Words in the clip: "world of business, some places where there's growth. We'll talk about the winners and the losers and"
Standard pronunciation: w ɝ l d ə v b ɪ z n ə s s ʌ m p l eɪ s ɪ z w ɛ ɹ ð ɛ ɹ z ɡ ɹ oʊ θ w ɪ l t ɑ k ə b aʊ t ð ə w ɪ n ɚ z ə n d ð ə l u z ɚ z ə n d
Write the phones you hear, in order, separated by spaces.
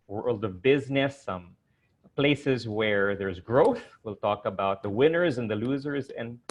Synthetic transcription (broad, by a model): w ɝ l d ə v b ɪ z n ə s s ʌ m p l eɪ s ɪ z w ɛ ɹ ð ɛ ɹ z ɡ ɹ oʊ θ w ɪ l t ɑ k ə b aʊ t ð ə w ɪ n ɚ z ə n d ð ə l u z ɚ z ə n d